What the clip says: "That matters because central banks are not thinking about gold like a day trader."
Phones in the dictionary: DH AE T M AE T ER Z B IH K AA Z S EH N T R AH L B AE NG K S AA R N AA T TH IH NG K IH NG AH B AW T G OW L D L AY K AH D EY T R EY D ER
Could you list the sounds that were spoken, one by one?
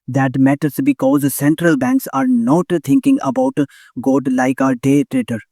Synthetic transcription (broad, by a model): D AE T M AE T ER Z B IH K AA Z S EH N T R AH L B AE NG K S AA R N AA T T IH NG K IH NG AH B AW T G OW D L AY K AH D EY T R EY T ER